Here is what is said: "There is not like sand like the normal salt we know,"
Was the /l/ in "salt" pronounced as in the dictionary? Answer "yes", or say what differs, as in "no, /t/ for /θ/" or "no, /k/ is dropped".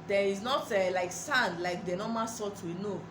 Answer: no, /l/ is dropped